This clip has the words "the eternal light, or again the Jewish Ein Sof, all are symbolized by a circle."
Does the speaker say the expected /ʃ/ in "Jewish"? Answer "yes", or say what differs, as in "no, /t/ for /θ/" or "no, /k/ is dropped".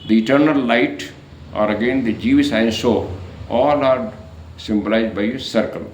no, /s/ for /ʃ/